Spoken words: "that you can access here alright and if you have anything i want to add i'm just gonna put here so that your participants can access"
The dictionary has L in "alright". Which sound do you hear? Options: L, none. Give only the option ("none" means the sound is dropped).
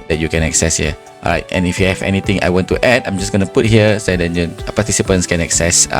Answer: none